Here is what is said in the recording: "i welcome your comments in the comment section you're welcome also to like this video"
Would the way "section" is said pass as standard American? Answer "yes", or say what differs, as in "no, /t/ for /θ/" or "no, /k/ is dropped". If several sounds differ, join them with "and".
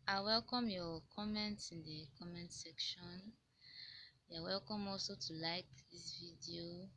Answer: yes